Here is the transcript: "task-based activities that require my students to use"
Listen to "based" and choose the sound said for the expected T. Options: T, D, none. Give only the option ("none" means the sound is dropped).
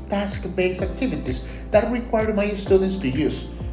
none